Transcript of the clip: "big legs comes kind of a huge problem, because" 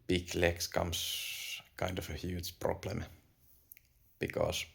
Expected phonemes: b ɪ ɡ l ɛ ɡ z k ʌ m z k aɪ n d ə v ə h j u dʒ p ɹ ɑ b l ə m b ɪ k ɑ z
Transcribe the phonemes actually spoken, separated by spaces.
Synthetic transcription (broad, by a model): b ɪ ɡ l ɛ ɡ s k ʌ m s k aɪ n d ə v ə h j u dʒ p ɹ ɑ b l ə m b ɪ k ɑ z